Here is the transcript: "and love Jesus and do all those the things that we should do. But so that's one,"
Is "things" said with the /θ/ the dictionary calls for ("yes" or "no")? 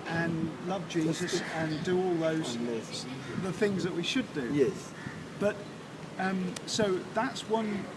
yes